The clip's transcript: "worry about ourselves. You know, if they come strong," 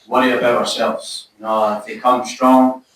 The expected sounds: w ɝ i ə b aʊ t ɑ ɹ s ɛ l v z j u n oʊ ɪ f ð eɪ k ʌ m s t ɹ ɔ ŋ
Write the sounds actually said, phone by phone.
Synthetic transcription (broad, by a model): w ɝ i ə b aʊ t ɑ ɹ s ɛ l v z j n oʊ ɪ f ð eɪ k ʌ m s t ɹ ɔ ŋ